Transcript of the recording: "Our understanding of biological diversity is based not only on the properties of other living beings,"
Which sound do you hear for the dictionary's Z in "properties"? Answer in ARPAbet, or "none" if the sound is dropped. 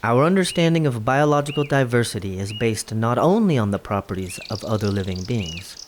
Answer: Z